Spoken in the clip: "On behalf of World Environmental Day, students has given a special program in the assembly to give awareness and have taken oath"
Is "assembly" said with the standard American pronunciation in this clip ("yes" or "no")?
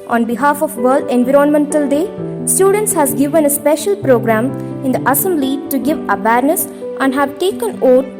no